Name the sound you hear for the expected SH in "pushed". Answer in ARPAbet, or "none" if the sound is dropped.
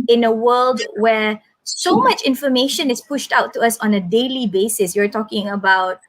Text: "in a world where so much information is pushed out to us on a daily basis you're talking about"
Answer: SH